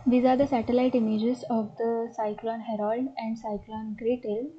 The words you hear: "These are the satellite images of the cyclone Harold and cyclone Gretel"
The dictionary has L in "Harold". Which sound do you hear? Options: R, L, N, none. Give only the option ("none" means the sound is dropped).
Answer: L